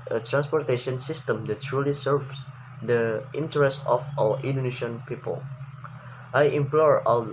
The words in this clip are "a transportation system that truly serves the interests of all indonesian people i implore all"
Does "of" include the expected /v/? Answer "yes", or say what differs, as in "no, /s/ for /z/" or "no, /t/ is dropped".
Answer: no, /w/ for /v/